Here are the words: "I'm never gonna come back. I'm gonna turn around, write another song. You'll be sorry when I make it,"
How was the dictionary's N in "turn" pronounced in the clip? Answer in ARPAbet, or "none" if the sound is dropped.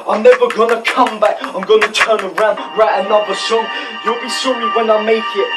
N